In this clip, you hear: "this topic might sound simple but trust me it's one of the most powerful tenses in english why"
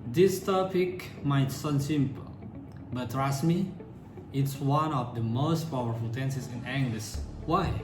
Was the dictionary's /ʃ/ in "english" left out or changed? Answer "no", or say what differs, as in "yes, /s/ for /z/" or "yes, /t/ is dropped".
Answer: yes, /s/ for /ʃ/